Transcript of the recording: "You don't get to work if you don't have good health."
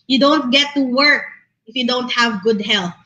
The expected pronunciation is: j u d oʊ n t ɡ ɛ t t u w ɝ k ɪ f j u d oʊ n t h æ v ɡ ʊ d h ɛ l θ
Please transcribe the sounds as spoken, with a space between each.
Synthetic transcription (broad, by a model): j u d oʊ n t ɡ ɛ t t u w ɝ k ɪ f j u d oʊ n t h æ v ɡ ʊ d h ɛ l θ